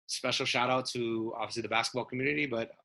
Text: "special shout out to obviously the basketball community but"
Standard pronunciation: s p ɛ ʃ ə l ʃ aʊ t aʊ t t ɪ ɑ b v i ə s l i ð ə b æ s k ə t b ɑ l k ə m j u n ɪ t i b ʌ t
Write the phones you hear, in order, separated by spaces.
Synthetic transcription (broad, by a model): s p ɛ ʃ l ʃ aʊ t aʊ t t ɪ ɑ v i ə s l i ð ə b æ s k ə t b ɑ l k m j u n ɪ t i b ʌ t